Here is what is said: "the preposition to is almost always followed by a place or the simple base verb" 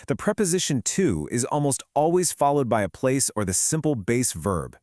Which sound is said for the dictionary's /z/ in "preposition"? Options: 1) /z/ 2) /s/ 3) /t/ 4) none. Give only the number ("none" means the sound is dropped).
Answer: 1